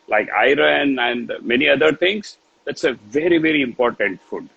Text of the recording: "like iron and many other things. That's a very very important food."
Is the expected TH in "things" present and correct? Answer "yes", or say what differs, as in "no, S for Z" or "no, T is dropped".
no, T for TH